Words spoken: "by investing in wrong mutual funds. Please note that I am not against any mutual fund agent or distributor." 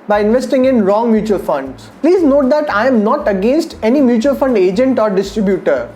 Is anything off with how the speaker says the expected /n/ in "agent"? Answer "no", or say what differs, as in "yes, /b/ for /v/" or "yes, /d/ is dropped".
no